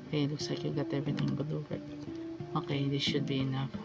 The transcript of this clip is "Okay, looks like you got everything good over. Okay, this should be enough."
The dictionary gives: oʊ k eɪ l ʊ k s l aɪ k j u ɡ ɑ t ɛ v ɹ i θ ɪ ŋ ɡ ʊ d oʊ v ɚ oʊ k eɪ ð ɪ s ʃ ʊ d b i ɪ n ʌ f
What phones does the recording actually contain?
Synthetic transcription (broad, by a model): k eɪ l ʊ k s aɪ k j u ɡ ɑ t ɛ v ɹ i t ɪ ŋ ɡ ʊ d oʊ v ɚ oʊ k eɪ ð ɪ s ʃ ʊ d b i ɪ n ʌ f